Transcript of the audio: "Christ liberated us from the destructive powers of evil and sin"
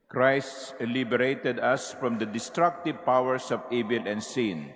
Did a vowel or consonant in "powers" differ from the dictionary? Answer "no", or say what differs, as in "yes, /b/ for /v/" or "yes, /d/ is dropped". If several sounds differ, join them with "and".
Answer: yes, /s/ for /z/